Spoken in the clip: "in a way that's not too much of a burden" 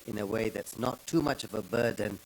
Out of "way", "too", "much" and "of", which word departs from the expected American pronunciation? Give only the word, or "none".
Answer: none